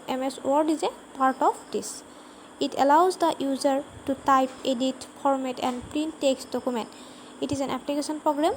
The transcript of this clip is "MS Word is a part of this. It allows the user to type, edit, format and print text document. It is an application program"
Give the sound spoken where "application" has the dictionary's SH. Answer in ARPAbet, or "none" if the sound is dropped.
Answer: S